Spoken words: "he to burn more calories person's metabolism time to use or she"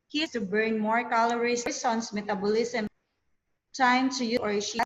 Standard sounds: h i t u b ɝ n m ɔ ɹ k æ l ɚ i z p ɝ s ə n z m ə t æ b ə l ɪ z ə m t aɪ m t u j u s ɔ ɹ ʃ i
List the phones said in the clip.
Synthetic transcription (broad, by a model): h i s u b ɝ n m ɔ ɹ k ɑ l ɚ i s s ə n s m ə t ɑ b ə l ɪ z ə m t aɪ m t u j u ɔ ɹ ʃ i